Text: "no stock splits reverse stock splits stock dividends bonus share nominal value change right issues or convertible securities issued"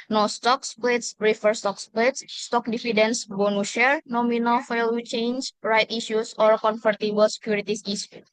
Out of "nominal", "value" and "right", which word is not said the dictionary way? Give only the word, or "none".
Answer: value